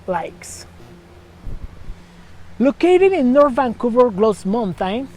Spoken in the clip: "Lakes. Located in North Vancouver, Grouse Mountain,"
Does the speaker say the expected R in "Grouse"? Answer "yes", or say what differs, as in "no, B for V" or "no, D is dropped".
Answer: no, L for R